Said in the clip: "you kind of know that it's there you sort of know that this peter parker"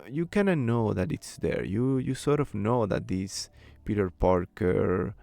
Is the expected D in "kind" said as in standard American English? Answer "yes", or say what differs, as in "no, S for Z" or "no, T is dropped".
no, D is dropped